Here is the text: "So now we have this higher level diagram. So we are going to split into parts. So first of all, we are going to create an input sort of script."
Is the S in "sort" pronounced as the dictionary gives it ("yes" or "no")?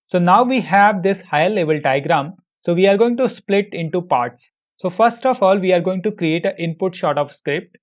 no